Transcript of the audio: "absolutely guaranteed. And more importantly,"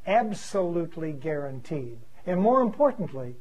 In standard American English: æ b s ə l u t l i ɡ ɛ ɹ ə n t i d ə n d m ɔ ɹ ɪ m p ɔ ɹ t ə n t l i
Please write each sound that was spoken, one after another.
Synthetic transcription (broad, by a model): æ b s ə l u t l i ɡ ɛ ɹ ə n t i d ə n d m ɔ ɹ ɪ m p ɔ ɹ t n t l i